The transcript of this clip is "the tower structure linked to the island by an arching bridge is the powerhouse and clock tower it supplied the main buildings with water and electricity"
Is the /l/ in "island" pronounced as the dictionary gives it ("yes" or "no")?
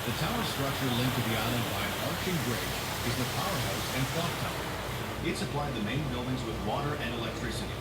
yes